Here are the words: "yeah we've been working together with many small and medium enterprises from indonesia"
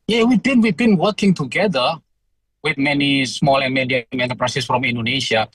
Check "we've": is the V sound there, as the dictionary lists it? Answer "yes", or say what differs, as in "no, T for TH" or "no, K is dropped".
no, W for V